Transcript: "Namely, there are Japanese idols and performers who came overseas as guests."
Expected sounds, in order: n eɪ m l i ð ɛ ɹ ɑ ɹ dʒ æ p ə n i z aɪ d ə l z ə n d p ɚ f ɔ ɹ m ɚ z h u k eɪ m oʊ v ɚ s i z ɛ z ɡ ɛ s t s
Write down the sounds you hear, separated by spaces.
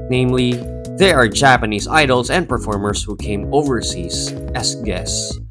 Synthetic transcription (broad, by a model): n eɪ m l i ð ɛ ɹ ɑ ɹ dʒ æ p ə n i z aɪ d l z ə n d p ɚ f ɔ ɹ m ɚ z h u k eɪ m oʊ v ɚ s i z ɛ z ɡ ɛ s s